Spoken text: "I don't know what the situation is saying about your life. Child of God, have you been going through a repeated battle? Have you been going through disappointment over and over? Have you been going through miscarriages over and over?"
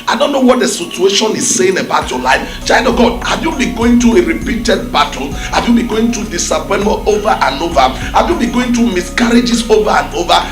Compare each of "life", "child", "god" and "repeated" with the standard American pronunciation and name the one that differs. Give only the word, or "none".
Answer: child